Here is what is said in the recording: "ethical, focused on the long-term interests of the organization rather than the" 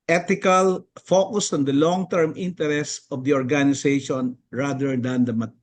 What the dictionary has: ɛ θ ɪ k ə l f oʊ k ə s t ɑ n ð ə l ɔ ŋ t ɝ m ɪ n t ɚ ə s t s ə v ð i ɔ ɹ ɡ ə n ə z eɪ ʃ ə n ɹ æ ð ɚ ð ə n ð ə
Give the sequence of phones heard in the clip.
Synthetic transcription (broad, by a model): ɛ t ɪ k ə l f oʊ k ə s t ɑ n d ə l ɔ ŋ t ɝ m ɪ n t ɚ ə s s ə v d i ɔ ɹ ɡ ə n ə s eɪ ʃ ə n ɹ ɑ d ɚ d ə n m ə